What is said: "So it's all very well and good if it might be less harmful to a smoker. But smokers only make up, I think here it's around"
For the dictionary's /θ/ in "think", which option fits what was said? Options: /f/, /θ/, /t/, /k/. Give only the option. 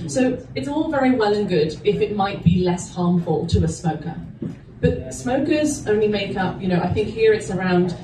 /θ/